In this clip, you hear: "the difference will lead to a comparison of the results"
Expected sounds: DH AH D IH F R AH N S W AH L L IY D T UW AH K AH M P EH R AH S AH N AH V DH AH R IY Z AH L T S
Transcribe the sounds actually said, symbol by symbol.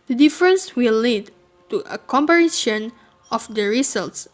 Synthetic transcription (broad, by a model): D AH D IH F R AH N S W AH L L IY D T UW AH K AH M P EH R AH SH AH N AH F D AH R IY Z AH L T S